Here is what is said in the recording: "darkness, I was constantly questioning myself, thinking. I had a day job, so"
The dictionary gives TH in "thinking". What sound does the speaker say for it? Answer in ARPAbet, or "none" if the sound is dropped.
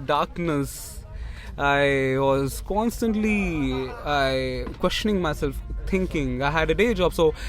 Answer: T